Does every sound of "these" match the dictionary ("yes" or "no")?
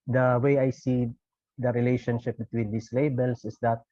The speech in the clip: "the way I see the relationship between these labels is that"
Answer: no